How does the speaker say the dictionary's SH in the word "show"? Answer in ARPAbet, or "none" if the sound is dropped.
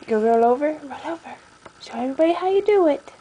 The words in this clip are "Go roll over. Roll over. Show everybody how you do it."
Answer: S